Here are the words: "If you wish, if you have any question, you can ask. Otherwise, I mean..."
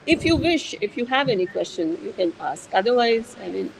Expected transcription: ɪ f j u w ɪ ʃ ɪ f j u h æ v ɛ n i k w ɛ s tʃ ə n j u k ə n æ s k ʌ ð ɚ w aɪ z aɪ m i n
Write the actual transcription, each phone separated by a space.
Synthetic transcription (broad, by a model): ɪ f j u w ɪ ʃ ɪ f j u h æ v ɛ n i k w ɛ s tʃ ə n j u k ə n æ s k ʌ ð ɚ w aɪ z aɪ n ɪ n